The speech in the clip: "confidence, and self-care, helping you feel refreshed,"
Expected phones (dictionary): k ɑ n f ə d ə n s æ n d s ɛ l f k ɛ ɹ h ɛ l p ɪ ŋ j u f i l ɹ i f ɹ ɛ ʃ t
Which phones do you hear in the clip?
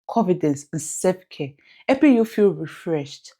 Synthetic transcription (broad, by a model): k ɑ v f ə d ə n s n s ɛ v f k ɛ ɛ p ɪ j u f i l ɹ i f ɹ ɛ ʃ t